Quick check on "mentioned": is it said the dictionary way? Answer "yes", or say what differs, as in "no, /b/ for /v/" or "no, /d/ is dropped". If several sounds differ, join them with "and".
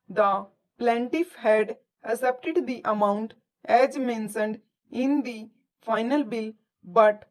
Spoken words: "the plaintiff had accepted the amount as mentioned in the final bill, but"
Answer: no, /s/ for /ʃ/